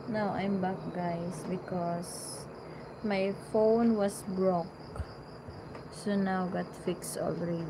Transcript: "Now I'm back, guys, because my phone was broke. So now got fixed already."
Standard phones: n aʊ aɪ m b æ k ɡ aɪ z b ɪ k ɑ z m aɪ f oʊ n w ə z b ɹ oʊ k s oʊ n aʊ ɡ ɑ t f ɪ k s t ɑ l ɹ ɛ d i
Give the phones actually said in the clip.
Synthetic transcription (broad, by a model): n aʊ aɪ m b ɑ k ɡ aɪ s b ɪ k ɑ s m aɪ f oʊ n w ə s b ɹ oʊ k s oʊ n aʊ ɡ ɑ t f ɪ k s t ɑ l ɹ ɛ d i